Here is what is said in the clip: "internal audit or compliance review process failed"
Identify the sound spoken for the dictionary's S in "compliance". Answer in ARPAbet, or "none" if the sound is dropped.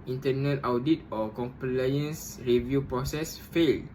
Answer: S